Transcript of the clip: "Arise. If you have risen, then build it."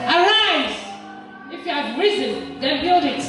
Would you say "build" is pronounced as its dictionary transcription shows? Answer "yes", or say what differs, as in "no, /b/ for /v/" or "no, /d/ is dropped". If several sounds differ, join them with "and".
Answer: yes